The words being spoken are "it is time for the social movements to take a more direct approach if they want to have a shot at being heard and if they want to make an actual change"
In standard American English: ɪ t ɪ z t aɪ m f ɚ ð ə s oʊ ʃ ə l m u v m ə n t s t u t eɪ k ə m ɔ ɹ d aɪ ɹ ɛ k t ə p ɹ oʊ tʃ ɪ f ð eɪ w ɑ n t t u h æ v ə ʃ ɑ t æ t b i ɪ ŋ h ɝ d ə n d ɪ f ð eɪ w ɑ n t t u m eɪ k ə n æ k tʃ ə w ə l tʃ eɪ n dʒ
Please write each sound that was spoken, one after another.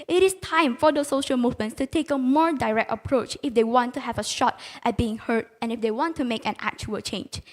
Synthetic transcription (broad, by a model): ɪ t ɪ s t aɪ m f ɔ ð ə s oʊ ʃ ə l m u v m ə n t s t u t eɪ k ə m ɔ ɹ d aɪ ɹ ɛ k t ə p ɹ oʊ tʃ ɪ f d eɪ w ɑ n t t u h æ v ə ʃ ɑ t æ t b i ɪ ŋ h ɝ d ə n ɪ f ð eɪ w ɑ n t t u m eɪ k ə n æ k tʃ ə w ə l tʃ eɪ n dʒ